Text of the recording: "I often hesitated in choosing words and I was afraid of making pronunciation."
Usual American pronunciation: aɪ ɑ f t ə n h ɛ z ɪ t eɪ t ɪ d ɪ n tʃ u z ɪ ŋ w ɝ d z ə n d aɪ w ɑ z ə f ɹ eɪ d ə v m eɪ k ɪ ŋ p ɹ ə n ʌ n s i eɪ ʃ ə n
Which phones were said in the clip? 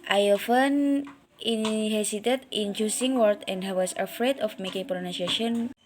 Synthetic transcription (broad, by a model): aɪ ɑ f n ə n h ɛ s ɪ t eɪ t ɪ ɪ n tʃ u s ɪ ŋ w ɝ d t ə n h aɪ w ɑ s ə f ɹ eɪ d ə f m eɪ k ɪ ŋ p ɹ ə n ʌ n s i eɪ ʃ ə n